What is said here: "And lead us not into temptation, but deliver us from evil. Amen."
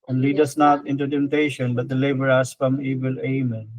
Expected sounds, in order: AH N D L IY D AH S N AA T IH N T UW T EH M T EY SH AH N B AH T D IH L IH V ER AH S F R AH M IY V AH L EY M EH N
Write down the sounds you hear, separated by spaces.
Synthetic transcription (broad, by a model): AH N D L IY D AH S N AA T IH N T UW T EH M T EY SH AH N B AH T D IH L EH B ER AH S F R AH M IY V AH L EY M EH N